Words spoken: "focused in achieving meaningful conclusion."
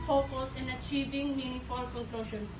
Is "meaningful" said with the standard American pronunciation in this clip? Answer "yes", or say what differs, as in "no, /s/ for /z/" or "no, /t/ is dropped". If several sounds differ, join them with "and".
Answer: no, /ŋ/ is dropped